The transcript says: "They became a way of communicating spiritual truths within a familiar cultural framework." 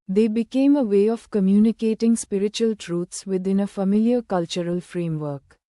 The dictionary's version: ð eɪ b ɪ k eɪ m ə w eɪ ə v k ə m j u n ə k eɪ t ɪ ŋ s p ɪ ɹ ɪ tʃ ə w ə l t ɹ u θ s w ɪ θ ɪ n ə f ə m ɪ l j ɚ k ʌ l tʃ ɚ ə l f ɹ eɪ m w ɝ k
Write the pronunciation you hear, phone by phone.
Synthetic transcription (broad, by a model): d eɪ b ɪ k eɪ m ə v eɪ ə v k ə m j u n ə k eɪ t ɪ ŋ s p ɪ ɹ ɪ tʃ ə ə l t ɹ u t s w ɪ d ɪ n ə f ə m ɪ l j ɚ k ʌ l tʃ ɚ ə l f ɹ eɪ m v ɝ k